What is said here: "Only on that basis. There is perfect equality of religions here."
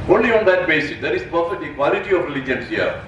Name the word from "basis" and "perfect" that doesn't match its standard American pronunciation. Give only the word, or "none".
perfect